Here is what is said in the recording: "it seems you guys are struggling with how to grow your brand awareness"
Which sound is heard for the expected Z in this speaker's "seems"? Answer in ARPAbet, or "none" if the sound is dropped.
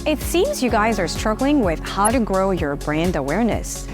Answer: Z